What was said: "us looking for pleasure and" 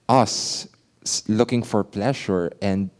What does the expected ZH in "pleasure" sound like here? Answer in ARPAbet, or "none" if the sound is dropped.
SH